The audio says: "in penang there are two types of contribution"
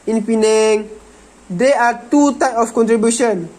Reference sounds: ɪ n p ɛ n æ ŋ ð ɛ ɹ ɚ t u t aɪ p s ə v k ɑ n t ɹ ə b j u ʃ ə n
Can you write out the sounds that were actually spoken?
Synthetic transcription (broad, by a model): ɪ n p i n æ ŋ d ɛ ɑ t u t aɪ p ə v k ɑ n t ɹ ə b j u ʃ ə n